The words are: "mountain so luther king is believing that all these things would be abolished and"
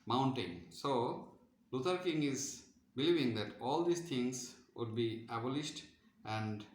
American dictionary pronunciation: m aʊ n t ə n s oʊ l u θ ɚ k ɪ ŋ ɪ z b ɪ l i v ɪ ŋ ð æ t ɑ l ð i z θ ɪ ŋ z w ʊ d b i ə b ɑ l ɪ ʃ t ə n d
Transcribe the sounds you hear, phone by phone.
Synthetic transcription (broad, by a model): m aʊ n t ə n s oʊ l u t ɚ k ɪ ŋ ɪ z b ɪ l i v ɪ ŋ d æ t ɑ l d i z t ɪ ŋ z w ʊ d b i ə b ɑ l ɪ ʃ t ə n d